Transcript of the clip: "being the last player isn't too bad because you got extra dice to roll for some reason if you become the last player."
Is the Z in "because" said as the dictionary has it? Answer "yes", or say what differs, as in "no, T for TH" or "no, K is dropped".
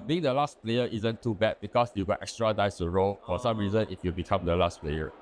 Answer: no, S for Z